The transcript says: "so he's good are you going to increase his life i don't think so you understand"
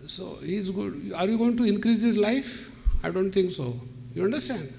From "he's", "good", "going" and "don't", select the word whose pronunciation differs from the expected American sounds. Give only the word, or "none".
good